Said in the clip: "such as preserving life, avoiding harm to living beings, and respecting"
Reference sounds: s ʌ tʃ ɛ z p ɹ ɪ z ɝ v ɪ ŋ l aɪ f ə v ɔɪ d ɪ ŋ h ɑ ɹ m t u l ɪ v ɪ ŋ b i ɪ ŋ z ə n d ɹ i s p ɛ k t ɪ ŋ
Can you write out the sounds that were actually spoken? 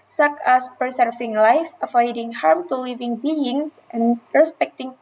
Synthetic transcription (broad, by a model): s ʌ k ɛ s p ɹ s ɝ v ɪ ŋ l aɪ f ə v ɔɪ d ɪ ŋ h ɑ ɹ m t u l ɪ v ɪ ŋ b i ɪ ŋ s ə n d ɹ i s p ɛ k t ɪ ŋ